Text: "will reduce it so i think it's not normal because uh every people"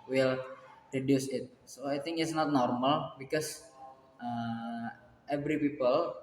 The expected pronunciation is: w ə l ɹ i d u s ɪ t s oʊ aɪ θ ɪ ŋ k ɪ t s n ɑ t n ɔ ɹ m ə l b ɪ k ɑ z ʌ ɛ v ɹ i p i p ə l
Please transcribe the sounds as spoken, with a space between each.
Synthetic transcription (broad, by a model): w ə l ɹ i d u s ɪ t s oʊ aɪ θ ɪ ŋ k ɪ t s n ɑ t n ɔ ɹ m ə l b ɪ k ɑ s ʌ ɛ v ɹ i p i p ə l